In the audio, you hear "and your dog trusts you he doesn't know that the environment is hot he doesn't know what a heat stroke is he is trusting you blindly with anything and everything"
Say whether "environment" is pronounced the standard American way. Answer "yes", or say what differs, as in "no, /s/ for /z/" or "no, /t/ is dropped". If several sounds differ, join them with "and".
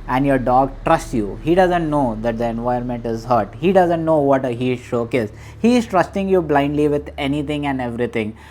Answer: no, /ɹ/ is dropped